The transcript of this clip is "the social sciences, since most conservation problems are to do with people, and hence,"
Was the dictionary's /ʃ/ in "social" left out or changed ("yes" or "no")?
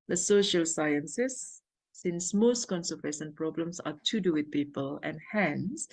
no